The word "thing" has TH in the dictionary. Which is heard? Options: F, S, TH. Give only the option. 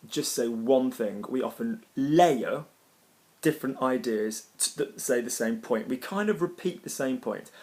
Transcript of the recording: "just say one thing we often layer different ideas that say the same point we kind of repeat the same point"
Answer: TH